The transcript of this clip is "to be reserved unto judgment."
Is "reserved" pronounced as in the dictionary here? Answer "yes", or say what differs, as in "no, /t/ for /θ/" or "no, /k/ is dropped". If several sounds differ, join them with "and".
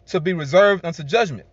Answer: yes